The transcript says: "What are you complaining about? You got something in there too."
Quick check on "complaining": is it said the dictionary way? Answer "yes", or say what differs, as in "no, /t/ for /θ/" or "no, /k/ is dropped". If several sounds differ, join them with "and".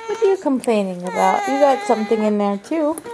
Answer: yes